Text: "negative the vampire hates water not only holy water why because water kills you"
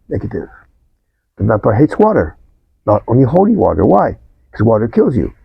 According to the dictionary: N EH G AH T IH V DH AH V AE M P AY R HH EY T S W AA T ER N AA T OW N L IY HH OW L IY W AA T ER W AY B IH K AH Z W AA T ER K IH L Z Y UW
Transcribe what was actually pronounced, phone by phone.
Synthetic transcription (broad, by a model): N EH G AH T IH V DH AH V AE P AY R HH EY T S W AA T ER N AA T OW N L IY HH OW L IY W AA T ER W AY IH K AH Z W AA T ER K IH L Z Y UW